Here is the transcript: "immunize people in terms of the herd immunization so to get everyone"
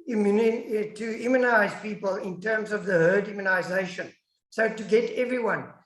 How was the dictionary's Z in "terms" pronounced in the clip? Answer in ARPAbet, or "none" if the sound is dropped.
Z